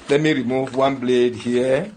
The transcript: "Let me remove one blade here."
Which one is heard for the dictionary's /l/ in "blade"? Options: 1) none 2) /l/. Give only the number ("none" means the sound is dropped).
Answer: 2